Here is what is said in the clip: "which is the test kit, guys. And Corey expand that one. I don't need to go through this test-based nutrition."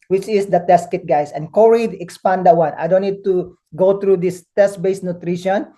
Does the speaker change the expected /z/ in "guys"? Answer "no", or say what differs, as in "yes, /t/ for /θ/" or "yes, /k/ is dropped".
yes, /s/ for /z/